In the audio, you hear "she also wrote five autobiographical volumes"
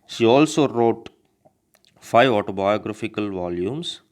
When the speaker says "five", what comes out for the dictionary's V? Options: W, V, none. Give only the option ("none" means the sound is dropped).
V